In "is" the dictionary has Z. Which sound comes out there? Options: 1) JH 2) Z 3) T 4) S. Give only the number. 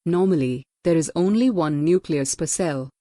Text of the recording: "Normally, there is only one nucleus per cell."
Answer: 2